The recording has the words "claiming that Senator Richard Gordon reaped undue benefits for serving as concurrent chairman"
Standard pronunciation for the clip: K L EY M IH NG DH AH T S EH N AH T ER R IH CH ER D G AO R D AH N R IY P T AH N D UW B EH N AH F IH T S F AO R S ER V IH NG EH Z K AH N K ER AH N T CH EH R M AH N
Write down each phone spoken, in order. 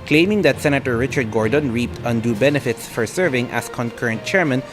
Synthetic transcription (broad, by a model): K L EY M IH NG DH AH T S EH N AH T ER R IH CH ER D G AO R D AH N R IY P T AH N D UW B EH N AH F IH T S F AO R S ER V IH NG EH S K AH N K ER AH N T CH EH R M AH N